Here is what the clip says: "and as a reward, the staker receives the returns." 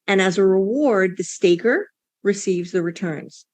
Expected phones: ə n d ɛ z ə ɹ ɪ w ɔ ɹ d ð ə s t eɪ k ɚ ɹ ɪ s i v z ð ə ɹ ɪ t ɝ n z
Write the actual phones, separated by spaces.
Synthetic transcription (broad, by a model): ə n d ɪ z ə ɹ ɪ w ɔ ɹ d ð ə s t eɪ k ɚ ɹ ɪ s i v z ð ə ɹ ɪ t ɝ n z